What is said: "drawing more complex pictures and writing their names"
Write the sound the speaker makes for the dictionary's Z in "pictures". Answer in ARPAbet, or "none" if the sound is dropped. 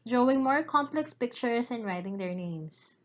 S